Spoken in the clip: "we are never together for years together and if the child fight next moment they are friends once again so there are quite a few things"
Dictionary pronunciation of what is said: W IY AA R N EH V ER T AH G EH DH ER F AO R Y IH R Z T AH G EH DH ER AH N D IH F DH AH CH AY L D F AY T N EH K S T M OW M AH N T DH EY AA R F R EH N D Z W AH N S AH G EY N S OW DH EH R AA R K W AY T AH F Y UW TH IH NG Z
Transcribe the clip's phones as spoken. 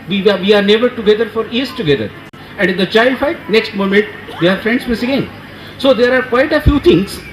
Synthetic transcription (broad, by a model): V IY AA R N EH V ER T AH G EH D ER F AO R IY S T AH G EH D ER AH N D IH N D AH CH AY L D F AY T N EH K S T M OW M AH N T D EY AA R F R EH N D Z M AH S AH G EY N S OW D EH R AA R K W AY T AH F Y UW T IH NG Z